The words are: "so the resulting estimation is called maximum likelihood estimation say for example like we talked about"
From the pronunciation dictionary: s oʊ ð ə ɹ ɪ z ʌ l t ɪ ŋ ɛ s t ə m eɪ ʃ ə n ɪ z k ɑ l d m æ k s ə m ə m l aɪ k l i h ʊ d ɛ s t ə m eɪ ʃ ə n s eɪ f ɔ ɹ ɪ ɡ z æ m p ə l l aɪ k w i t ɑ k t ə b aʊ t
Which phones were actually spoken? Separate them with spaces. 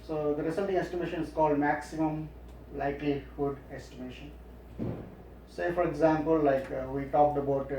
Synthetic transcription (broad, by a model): s oʊ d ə ɹ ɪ s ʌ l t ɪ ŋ ɛ s t ə m eɪ ʃ ə n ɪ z k ɑ l d m æ k s ə m ə m l aɪ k l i h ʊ d ɛ s t ə m eɪ ʃ ə n s eɪ f ɔ ɹ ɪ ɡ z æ m p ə l l aɪ k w i t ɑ k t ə b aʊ t